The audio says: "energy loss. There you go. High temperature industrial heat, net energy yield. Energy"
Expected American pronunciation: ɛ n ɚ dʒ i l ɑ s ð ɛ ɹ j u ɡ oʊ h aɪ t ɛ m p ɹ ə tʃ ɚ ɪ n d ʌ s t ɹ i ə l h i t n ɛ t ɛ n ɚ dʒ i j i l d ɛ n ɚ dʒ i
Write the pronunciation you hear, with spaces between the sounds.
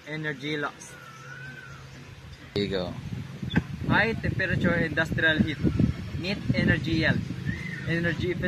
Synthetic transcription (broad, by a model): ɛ n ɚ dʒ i l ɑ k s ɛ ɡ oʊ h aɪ t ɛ m p ɹ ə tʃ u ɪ n d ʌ s t ɹ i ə l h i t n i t ɛ n ɚ dʒ i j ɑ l ɛ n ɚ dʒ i